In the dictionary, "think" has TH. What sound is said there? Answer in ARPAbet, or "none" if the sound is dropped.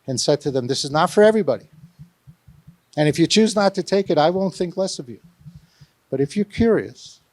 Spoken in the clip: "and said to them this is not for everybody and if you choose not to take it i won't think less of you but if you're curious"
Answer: TH